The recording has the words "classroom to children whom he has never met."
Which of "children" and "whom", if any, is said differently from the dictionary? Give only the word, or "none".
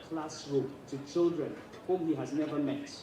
none